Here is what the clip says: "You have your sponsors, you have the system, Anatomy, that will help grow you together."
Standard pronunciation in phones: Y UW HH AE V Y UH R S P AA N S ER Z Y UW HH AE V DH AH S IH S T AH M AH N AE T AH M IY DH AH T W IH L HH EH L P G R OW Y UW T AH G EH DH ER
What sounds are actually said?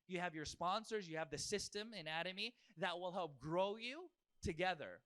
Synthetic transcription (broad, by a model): Y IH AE V Y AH R S P AA N S ER Z Y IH V DH AH S IH S T AH M AH N AE T AH M IY DH AH T W IH L HH EH L P G R OW Y UW T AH G EH DH ER